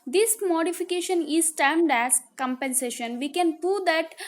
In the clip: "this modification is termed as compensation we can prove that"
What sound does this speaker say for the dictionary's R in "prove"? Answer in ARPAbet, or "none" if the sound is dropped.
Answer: none